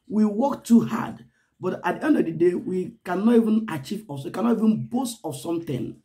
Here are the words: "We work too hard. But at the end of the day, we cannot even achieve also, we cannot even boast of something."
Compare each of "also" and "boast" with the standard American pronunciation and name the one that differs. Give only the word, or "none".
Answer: also